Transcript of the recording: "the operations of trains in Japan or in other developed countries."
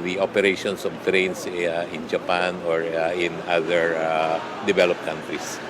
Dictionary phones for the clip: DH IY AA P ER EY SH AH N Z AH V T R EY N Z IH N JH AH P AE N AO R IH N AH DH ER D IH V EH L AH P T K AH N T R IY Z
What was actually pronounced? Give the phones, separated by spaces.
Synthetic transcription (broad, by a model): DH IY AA P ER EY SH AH N S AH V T R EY N S IH N JH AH P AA N AO R IH N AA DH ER D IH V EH L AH P K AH N T R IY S